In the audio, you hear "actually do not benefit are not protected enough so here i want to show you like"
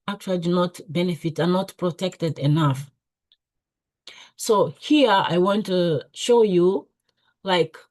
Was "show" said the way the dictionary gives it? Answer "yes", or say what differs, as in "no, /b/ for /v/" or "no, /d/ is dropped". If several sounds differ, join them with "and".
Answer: yes